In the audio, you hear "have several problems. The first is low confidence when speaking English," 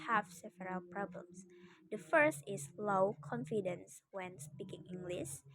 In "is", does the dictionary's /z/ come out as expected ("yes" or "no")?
no